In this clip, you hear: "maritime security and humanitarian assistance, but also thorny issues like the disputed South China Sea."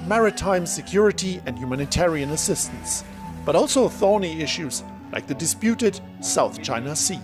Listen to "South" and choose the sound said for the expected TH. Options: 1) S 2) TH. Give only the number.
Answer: 2